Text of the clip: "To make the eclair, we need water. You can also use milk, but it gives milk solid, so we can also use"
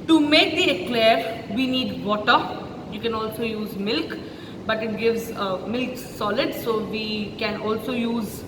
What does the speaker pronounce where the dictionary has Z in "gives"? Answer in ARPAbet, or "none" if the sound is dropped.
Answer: Z